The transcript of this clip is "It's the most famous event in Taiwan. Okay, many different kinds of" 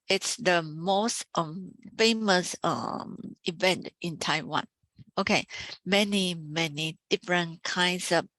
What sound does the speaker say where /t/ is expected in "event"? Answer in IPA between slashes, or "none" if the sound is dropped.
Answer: /t/